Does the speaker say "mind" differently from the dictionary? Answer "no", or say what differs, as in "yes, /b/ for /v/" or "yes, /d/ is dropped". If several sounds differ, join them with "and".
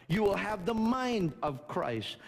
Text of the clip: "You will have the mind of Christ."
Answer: no